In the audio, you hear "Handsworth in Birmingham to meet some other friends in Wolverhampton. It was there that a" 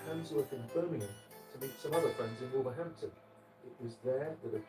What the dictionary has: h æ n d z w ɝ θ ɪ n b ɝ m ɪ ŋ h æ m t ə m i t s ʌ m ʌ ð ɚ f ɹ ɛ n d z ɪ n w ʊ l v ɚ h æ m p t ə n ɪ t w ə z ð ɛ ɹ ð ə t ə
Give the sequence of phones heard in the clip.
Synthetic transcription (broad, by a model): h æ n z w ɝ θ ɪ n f ɝ m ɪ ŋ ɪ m t ə m i t s ʌ m ʌ ð ɚ f ɹ ɛ n d z ɪ n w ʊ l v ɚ h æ m p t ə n ɪ t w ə z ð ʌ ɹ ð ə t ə